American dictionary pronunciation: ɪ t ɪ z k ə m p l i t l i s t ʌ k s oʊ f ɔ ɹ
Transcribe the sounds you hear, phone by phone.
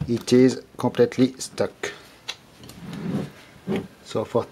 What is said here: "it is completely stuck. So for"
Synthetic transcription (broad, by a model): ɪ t ɪ z k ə p l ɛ t l i s t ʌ k s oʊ f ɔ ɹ